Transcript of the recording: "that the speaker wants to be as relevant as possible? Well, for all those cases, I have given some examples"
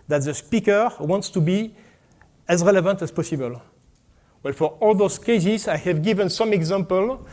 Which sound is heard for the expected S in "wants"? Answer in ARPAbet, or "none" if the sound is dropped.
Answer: S